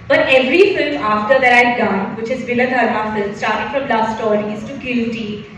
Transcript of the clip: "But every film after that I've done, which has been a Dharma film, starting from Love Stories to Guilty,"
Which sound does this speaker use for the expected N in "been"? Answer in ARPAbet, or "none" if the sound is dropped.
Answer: L